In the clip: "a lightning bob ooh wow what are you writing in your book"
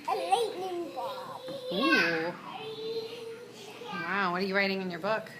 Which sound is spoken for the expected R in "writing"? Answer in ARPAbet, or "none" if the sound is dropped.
R